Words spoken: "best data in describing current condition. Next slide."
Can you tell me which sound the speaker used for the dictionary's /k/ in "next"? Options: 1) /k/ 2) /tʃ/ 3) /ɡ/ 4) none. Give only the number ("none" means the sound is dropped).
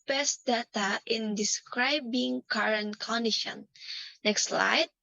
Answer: 1